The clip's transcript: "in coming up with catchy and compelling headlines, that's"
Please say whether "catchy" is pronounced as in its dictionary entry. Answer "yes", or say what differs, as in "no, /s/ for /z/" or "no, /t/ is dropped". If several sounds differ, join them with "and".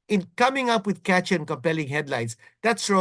yes